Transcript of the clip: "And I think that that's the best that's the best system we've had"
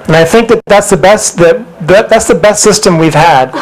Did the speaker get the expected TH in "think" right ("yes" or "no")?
yes